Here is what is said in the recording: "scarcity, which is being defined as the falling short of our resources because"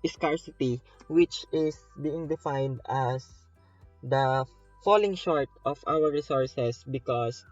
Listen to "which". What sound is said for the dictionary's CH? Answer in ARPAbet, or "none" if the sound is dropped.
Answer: CH